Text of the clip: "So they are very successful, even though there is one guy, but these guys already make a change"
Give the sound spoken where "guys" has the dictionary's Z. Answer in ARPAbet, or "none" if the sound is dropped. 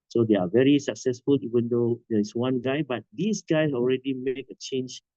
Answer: none